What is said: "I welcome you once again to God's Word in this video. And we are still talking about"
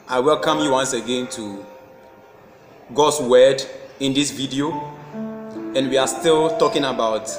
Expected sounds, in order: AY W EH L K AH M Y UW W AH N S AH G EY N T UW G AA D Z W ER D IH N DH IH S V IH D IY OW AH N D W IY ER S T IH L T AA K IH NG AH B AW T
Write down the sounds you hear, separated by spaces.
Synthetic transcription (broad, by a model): AY W EH L K AH M Y UW W AH N S AH G EY N T UW G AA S W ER D IH N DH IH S V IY D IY OW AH N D W IY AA S T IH L T AA K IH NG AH B AW T